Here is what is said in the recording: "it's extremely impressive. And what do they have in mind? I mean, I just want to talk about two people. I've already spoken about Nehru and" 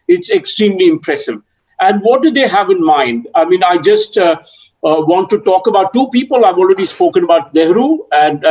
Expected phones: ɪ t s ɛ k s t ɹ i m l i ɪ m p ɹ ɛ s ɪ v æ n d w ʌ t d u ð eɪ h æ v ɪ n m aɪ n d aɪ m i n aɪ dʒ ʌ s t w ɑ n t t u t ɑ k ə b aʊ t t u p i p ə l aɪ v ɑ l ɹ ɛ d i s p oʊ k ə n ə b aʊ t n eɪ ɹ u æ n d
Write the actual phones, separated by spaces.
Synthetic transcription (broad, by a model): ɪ t s ɛ k s t ɹ i m l i ɪ m p ɹ ɛ s ɪ v æ n d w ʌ t d u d eɪ h æ v ɪ n m aɪ n d aɪ m i n aɪ dʒ ʌ s t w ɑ n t t u t ɑ k ə b aʊ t t u p i p ə l aɪ v ɑ l ɹ ɛ d i s p oʊ k ə n ə b aʊ t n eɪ ɹ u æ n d